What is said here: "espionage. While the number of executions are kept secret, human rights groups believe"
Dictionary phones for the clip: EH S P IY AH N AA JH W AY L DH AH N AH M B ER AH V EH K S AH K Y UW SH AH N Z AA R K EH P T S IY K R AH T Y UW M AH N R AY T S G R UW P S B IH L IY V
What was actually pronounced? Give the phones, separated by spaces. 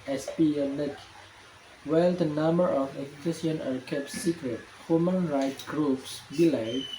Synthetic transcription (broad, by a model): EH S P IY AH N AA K W AY L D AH N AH M B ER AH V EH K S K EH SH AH N AA R K EH P T S IY K R AH T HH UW M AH N R AY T G R UW P S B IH L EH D